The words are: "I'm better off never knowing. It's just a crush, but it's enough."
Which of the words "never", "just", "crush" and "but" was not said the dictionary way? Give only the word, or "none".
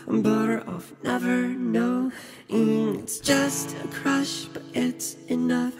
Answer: none